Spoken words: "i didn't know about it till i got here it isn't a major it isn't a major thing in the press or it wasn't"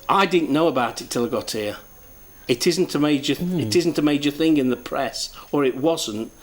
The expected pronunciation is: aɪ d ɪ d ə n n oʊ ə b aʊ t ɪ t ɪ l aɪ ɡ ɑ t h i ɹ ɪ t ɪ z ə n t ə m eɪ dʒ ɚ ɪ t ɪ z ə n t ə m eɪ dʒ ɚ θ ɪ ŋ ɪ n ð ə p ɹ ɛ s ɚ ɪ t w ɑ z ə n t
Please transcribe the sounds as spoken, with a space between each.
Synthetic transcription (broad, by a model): aɪ d ɪ d n n oʊ ə b aʊ t ɪ t ɪ l aɪ ɡ ɑ t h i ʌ ɪ t ɪ z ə n t ə m eɪ dʒ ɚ ɪ t ɪ z n t ə m eɪ dʒ ɚ θ ɪ ŋ ɪ n ð ə p ɹ ɛ s ɚ ɪ t w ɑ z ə n t